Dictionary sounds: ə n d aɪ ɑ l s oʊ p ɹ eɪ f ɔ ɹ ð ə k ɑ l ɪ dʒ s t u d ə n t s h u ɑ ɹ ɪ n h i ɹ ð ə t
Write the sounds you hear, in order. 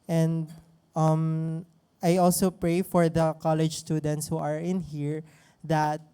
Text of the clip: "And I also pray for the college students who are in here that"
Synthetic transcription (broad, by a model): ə n d aɪ ɑ l s oʊ p ɹ eɪ f ɔ ɹ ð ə k ɑ l ɪ dʒ s t u d ə n t s h u ɑ ɹ ɪ n h i ɹ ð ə t